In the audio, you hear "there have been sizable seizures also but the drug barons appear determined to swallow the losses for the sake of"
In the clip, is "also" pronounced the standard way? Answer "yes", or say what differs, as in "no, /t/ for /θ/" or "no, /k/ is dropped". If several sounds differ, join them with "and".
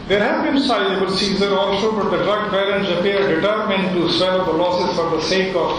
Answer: no, /ʃ/ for /s/